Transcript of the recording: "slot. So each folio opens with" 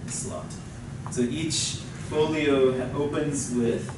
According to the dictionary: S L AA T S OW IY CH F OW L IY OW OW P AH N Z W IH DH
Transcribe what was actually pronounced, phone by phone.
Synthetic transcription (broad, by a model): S L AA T S OW IY CH F OW L IY OW OW P AH N Z W IH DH